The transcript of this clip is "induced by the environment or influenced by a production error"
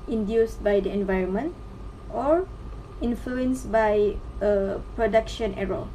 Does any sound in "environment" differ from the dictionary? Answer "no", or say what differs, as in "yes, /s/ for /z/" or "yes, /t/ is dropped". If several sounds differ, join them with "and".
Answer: no